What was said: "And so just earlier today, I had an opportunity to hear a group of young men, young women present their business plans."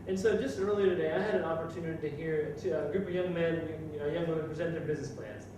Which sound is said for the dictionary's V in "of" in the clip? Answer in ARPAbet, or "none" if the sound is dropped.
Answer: V